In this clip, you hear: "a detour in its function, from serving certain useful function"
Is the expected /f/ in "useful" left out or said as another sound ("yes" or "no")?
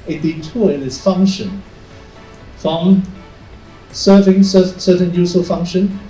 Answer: yes